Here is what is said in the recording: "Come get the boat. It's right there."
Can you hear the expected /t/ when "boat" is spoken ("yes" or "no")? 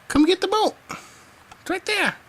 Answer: no